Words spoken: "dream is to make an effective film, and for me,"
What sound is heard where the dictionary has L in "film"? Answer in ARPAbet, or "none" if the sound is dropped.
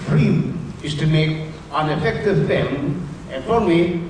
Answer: none